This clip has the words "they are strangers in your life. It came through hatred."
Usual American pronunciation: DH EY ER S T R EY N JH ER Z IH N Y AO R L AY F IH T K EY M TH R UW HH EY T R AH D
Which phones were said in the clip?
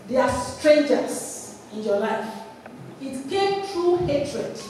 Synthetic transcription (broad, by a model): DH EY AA S T R EY N JH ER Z IH N Y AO L AY F IH T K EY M T R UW HH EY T R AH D